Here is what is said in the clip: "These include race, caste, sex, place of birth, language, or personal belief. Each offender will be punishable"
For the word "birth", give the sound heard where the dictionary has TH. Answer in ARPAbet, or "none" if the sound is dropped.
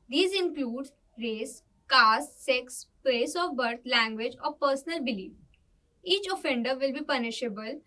T